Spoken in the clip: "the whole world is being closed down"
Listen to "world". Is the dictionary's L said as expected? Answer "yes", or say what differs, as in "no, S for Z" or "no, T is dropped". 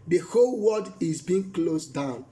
no, L is dropped